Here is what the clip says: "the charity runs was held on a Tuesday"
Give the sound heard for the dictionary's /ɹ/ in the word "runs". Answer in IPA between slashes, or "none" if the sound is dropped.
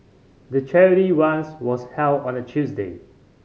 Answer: /w/